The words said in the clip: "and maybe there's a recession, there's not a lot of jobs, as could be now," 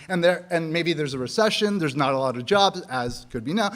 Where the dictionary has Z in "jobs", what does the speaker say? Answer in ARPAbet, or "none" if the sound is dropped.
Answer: Z